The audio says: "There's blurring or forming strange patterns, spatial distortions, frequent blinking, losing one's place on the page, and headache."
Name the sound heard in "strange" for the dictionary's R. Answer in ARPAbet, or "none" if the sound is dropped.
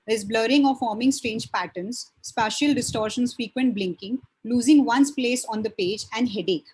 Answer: R